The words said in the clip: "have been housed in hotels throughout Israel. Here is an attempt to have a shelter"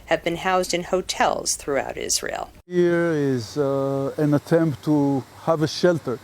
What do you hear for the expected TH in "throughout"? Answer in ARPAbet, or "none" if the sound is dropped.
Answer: TH